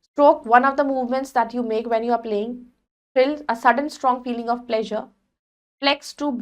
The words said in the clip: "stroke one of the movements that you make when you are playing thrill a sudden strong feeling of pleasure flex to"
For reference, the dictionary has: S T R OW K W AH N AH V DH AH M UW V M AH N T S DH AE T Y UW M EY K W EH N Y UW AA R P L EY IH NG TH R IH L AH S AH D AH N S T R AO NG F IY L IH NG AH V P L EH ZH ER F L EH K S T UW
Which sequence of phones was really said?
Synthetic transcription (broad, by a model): S T R OW K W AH N AH V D AH M UW V M AH N T S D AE T Y UW M EY K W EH N Y UW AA R P L EY IH NG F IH L AH S AH D AH N S T R AO NG F IY L IH NG AH V P L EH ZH ER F L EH K S T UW